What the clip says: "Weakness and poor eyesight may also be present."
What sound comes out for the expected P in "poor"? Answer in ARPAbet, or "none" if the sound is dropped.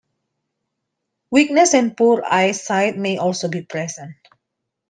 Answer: P